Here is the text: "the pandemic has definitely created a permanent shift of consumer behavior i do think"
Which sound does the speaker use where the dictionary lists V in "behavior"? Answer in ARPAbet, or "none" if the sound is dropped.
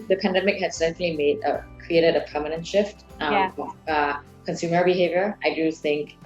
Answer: V